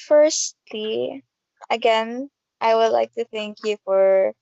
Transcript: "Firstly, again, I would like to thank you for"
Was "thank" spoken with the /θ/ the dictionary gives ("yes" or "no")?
yes